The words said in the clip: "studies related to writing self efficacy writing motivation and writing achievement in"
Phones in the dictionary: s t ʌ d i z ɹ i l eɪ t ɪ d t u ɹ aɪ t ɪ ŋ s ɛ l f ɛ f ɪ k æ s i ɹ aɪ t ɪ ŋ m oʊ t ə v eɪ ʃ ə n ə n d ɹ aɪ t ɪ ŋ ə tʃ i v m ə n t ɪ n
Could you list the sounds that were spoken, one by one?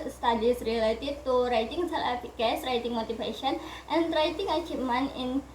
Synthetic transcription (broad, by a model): s t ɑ d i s ɹ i l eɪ t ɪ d t u ɹ aɪ t ɪ ŋ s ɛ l ɛ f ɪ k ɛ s ɹ aɪ t ɪ ŋ m oʊ t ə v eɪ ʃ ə n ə n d ɹ aɪ t ɪ ŋ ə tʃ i m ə n ɪ n